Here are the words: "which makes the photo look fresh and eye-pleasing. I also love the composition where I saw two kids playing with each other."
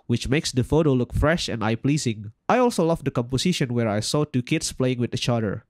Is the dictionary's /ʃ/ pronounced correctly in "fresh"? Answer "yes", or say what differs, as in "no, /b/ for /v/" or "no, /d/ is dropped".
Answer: yes